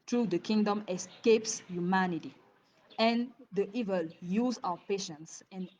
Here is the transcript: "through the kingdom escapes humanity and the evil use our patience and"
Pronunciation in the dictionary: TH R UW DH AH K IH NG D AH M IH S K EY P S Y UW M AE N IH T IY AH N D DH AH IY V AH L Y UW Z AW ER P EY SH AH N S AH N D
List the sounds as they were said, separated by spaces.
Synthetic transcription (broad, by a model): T R UW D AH K IH NG D AH M IH S K EY P S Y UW M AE N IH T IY AH N D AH IY V AH L Y UW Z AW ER P EY SH AH N S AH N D